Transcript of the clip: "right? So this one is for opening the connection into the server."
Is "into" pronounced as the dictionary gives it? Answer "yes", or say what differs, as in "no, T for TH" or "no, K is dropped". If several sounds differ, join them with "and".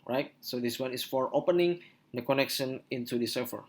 yes